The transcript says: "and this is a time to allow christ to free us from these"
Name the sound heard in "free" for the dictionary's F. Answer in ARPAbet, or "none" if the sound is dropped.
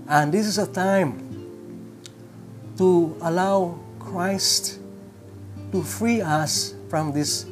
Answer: F